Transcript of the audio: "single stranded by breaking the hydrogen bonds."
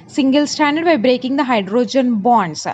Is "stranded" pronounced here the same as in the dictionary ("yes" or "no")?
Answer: no